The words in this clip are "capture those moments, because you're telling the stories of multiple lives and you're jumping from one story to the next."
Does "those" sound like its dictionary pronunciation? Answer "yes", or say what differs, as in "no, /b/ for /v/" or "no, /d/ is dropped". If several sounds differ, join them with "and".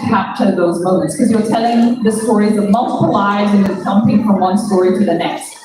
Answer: yes